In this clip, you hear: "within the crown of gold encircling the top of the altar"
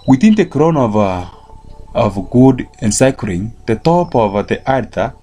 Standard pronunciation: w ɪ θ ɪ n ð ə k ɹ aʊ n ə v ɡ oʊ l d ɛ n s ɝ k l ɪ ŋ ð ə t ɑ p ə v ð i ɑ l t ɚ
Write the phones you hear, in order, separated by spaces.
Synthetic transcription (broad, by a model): w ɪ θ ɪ n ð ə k ɹ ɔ n ə v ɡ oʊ d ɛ n s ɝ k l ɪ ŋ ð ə t ɑ p ə v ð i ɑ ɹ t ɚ